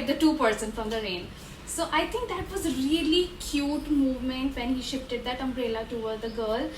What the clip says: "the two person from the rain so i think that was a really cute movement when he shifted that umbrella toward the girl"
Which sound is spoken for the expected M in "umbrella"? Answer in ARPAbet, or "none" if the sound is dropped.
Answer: M